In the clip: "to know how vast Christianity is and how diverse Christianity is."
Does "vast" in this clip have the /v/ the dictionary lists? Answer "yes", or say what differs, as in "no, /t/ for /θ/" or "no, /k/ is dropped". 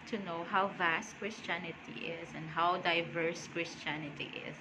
yes